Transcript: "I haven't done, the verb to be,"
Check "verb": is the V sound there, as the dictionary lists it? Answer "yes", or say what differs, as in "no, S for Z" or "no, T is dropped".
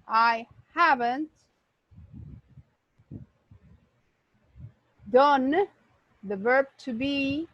yes